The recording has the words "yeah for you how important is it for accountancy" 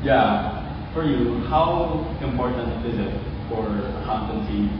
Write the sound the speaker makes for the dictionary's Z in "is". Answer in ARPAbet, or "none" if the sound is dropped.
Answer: Z